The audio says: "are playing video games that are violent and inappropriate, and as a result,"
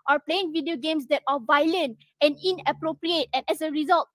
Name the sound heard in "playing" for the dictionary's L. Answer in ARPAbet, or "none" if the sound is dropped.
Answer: L